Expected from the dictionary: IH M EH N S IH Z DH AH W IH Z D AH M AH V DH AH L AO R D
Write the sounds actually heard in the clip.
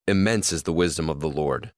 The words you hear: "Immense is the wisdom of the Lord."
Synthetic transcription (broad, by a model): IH M EH N S IH Z DH AH W IH Z D AH M AH V DH AH L AO R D